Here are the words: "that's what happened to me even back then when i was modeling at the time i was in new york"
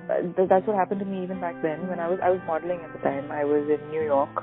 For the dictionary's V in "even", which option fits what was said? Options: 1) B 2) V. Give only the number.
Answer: 2